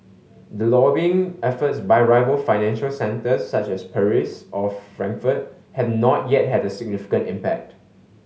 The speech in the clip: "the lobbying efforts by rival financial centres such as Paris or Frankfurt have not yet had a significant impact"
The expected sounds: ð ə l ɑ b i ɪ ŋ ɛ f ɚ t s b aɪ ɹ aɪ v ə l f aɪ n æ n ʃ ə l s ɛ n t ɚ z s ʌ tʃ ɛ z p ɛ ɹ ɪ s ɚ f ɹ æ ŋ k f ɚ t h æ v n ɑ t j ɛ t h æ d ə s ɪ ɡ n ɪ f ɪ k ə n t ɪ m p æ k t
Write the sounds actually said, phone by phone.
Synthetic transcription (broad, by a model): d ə l ɑ b i ɪ ŋ ɛ f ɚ t s b aɪ ɹ aɪ v ə l f aɪ n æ n ʃ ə l s ɛ n t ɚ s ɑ tʃ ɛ s p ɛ ɹ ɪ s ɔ f ɹ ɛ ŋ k f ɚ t h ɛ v n ɑ t j ɛ t h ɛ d ə s ɪ ɡ n ɪ f ɪ k ə n t ɪ m p æ k t